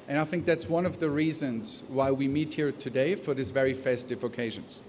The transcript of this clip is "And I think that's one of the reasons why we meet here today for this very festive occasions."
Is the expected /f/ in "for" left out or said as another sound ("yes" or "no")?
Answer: no